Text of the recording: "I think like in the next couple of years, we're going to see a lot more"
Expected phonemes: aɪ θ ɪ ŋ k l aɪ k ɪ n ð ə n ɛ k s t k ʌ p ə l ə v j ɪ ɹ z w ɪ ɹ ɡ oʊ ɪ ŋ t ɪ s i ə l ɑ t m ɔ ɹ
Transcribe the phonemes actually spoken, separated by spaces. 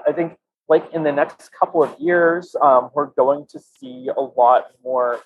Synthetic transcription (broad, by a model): aɪ θ ɪ ŋ k l aɪ k ɪ n ð ə n ɛ k s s k ʌ p l ə v j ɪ ɹ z w ɪ ɹ ɡ oʊ ɪ ŋ t ɪ s i ə l ɑ t m ɔ ɹ